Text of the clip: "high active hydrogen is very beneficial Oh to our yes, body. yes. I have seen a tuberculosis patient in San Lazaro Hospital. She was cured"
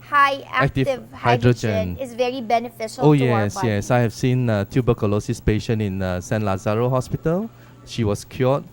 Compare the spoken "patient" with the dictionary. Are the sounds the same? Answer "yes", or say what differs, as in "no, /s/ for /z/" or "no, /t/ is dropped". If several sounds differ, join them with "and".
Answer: no, /t/ is dropped